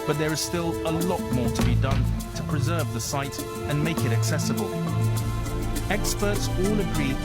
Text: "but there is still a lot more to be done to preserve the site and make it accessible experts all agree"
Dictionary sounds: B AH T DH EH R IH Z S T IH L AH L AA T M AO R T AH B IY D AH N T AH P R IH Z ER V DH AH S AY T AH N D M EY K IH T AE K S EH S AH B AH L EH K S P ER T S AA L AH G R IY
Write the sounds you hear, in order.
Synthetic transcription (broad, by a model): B AH T DH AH R IH Z S T IH L AH L AA T M AO R T AH B IY D AH N T AH P R IH Z ER V DH AH S AY T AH N M EY K IH T AE K S EH S AH B AH L EH K S P ER T S AA L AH G R IY